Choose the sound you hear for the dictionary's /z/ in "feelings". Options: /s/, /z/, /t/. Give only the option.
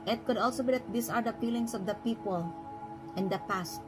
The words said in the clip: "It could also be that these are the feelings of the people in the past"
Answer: /s/